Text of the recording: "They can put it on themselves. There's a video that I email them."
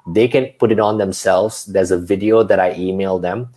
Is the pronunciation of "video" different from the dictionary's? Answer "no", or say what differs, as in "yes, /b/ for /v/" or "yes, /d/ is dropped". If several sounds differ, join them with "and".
no